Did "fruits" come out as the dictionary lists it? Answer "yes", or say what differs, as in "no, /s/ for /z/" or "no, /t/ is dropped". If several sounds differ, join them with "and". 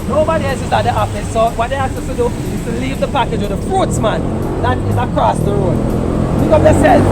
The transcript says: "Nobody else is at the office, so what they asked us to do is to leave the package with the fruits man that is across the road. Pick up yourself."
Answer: yes